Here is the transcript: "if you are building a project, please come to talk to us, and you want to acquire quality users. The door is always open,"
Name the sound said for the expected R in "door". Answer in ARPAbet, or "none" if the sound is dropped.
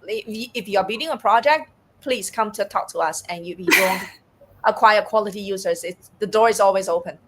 R